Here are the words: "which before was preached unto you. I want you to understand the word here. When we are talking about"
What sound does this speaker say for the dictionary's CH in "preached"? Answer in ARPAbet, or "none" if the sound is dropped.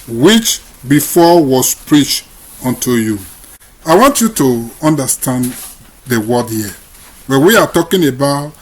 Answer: CH